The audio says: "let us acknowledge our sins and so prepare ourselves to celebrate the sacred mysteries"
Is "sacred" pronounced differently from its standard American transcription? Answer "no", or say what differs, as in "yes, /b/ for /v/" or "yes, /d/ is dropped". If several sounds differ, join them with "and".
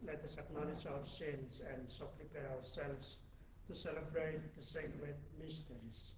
yes, /w/ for /ɹ/